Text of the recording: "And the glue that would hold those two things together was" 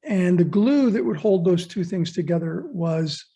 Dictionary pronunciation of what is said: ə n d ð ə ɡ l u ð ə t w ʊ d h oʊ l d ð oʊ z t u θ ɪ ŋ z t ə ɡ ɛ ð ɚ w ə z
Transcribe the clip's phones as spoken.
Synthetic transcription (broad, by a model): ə n ð ə ɡ l u ð ə t w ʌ d h oʊ l d ð oʊ z t u θ ɪ ŋ z t ə ɡ ɛ ð ɚ w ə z